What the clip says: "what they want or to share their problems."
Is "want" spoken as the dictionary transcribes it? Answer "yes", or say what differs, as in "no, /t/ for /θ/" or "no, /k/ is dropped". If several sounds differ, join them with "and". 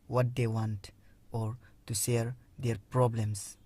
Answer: yes